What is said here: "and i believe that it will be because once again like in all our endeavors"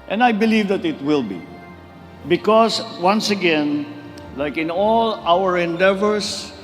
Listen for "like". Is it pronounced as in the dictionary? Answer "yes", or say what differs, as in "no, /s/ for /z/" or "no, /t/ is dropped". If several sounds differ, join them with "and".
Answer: yes